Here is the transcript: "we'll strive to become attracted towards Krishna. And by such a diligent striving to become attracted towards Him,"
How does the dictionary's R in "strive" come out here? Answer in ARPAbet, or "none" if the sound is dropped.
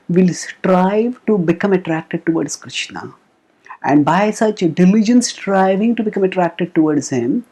R